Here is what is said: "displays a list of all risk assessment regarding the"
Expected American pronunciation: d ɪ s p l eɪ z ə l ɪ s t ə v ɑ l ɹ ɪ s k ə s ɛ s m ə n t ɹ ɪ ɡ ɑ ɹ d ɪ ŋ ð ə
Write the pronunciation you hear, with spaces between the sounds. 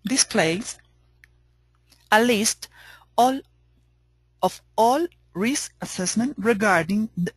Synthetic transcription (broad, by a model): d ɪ s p l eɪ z ə l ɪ s t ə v ɑ l ɹ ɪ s ə s ɛ s m ə n t ɹ ɪ ɡ ɑ ɹ d ɪ ŋ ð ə